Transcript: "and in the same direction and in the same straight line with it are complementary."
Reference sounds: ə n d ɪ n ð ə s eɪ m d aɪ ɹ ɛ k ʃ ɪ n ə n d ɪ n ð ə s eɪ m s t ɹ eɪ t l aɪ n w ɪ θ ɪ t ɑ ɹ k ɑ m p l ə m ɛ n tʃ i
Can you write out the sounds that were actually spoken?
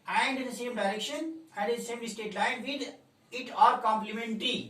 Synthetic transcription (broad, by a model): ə n d ɪ n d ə s eɪ m d aɪ ɹ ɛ k ʃ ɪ n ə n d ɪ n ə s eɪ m s t eɪ t l aɪ n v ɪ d ɪ t ɑ ɹ k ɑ m p l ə m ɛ n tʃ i